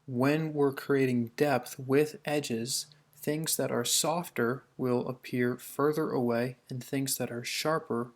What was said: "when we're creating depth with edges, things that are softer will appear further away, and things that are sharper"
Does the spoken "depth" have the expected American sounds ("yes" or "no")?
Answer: yes